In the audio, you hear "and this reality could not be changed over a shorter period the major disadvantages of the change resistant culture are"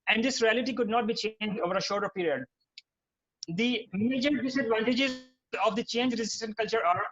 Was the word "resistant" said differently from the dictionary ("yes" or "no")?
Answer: no